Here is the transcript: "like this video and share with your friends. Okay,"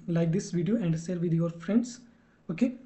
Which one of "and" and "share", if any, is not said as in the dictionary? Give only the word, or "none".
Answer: share